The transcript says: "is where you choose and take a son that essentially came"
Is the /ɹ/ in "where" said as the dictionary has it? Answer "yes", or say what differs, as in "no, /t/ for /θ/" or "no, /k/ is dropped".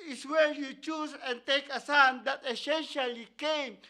no, /l/ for /ɹ/